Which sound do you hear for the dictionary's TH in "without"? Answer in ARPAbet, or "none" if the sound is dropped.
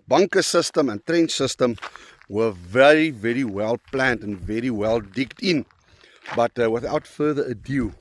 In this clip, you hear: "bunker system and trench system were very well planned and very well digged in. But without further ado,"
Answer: TH